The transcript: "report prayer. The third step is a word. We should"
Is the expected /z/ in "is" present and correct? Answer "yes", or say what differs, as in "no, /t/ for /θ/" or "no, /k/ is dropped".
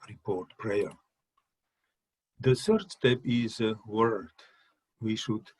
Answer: yes